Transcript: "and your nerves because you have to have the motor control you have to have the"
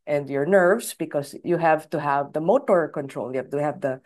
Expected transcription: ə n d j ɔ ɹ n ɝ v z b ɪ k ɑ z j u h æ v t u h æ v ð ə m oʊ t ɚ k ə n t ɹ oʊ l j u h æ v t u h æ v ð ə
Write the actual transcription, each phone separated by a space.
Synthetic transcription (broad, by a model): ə n d j ɔ ɹ n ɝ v s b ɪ k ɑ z j u h æ v t u h æ v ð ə m oʊ t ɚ k ə n t ɹ oʊ l j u h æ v t u h æ v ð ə